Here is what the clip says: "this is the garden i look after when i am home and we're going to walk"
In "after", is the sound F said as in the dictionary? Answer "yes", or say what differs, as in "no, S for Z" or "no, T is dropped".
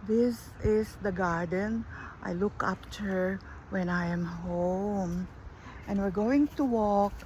no, P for F